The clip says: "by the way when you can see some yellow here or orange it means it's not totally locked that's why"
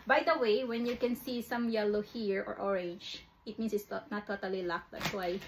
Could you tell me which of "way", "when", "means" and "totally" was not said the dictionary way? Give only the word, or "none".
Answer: means